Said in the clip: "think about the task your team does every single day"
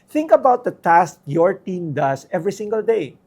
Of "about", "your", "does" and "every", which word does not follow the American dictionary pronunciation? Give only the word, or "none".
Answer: does